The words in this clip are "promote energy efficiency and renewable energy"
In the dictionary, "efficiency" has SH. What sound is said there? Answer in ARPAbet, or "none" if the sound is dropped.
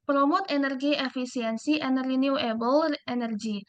S